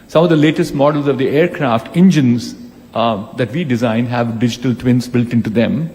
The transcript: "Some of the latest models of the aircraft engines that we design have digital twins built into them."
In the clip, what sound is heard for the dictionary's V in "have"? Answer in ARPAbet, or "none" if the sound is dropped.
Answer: V